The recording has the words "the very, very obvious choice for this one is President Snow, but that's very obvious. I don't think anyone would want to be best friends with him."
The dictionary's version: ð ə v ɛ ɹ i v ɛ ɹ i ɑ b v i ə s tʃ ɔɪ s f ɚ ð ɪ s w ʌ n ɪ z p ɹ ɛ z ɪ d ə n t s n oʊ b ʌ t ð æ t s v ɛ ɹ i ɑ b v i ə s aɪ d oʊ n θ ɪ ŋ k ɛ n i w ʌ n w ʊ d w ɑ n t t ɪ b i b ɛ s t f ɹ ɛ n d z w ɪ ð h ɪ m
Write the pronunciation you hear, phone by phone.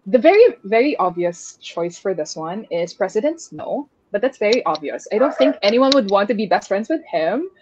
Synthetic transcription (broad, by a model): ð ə v ɛ ɹ i v ɛ ɹ i ɑ b v i ə s tʃ ɔɪ s f ɚ ð ɪ s w ʌ n ɪ z p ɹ ɛ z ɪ d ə n t s n oʊ b ʌ t ð æ t s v ɛ ɹ i ɑ b v i ə s aɪ d oʊ n θ ɪ ŋ k ɛ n i w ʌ n w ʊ d w ɑ n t t ɪ b i b ɛ s t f ɹ ɛ n d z w ɪ ð h ɪ m